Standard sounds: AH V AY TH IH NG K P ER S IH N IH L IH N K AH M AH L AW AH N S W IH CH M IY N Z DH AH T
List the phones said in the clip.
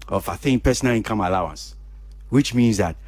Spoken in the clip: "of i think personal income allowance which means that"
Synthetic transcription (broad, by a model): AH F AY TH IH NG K P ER S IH N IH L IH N K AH M AH L AW AH N S W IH CH M IY N Z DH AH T